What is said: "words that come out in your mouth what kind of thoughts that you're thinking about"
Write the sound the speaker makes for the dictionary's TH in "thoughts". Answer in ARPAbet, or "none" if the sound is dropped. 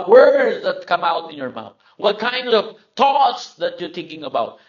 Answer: T